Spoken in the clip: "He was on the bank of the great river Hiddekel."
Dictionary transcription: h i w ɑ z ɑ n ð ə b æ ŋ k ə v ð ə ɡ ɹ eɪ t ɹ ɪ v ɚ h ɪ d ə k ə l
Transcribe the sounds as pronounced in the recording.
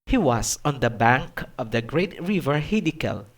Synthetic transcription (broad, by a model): h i w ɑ s ɑ n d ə b æ ŋ k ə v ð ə ɡ ɹ eɪ t ɹ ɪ v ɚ h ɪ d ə k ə l